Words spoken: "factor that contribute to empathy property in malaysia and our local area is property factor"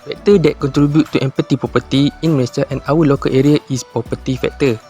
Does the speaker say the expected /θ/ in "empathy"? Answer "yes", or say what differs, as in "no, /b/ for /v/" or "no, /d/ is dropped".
no, /t/ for /θ/